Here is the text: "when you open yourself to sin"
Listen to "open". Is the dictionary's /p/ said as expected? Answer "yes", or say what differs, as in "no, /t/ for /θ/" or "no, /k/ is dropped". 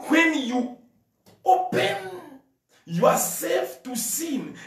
yes